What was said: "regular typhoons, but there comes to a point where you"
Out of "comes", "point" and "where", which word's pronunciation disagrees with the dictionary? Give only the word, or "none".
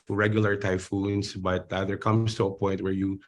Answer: comes